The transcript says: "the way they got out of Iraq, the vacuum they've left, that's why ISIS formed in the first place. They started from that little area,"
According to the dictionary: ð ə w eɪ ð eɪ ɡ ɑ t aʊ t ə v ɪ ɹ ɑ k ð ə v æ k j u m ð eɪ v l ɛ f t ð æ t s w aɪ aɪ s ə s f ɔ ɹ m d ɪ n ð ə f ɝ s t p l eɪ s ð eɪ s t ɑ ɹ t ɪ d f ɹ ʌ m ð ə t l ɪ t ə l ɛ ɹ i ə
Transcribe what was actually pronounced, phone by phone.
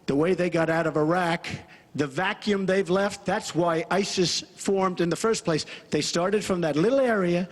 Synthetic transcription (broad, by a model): ð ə w eɪ ð eɪ ɡ ɑ t aʊ t ə v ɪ ɹ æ k ð ə v æ k j u m ð eɪ v l ɛ f t ð æ t s w aɪ aɪ s ə s f ɔ ɹ m d ɪ n ð ə f ɝ s p l eɪ s ð eɪ s t ɑ ɹ t ɪ d f ɹ ʌ m ð ə t l ɪ t l ɛ ɹ i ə